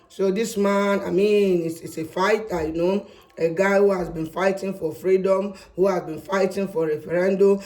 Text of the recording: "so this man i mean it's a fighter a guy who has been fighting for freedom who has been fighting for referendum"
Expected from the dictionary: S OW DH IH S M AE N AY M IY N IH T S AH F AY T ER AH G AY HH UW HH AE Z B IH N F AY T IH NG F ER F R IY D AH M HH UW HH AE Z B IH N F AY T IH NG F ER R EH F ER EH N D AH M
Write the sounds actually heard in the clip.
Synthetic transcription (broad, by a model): S OW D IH S M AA N AY M IY N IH S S AH F AY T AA AH G AY HH UW HH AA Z B IH N F AY T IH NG F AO F R IY D AH M HH UW HH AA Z B IH N F AY T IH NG F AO R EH F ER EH N D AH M